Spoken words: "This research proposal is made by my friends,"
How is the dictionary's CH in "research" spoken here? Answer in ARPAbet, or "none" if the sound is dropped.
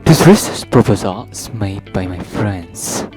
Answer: S